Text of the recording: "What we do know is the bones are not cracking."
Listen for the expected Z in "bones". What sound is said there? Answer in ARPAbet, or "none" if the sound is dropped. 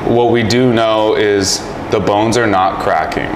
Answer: Z